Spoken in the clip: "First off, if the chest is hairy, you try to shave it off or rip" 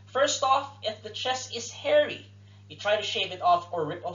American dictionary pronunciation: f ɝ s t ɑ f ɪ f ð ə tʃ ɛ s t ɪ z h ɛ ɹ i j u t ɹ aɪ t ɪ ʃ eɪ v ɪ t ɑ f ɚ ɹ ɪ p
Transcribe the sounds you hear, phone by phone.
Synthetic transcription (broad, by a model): f ɝ s t ɑ f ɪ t ð ə tʃ ɛ s ɪ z h ɛ ɹ i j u t ɹ aɪ t ɪ ʃ eɪ v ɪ t ɑ f ɚ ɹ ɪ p